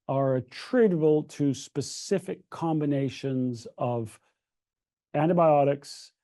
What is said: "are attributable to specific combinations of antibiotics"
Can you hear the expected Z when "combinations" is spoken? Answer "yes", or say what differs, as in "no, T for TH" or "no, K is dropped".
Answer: yes